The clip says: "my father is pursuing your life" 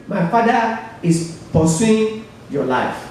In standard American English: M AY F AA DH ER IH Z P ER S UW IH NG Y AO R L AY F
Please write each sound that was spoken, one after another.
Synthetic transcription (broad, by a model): M AY F AA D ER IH S P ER S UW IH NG Y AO L AY F